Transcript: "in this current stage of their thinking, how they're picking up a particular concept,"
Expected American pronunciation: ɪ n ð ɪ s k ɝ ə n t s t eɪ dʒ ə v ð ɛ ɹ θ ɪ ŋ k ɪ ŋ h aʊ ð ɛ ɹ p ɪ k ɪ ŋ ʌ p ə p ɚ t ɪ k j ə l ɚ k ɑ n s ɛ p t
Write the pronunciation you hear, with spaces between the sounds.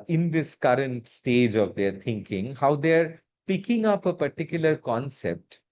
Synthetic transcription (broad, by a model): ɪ n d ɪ s k ɝ ə n t s t eɪ dʒ ə v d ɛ ɹ t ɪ ŋ k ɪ ŋ h aʊ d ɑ ɹ p ɪ k ɪ ŋ ʌ p ə p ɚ t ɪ k j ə l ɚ k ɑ n s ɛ p t